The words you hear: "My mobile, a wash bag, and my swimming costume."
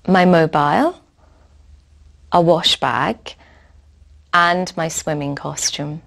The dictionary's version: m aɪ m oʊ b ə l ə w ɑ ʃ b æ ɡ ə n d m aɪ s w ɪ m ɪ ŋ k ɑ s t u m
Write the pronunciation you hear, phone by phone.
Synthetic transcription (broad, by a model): m aɪ m oʊ b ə l ə w ɑ ʃ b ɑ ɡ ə n m aɪ s w ɪ m ɪ ŋ k ɑ s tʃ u m